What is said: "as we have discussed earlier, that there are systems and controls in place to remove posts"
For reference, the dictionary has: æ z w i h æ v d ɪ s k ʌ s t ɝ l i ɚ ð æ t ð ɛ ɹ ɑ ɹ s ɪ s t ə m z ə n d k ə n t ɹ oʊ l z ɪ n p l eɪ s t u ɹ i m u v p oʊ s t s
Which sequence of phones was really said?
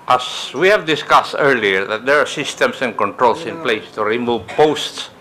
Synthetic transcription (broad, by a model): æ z w i h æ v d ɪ s k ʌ s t ɝ l i ɚ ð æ t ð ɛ ɹ ɑ ɹ s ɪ s t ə m s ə n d k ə n t ɹ oʊ l s ɪ n p l eɪ s t u ɹ i m u v p oʊ s t s